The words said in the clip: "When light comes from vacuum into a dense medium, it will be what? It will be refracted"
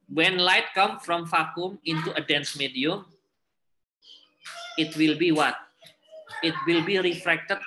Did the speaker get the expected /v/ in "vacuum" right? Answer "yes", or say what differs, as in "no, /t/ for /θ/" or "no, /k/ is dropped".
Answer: no, /f/ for /v/